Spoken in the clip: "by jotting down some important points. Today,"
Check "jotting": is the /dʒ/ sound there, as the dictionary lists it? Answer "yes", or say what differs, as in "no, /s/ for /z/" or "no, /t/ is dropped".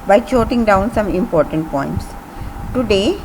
no, /tʃ/ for /dʒ/